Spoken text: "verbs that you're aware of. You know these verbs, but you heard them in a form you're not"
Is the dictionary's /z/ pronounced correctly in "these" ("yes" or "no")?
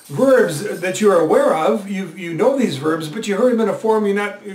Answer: yes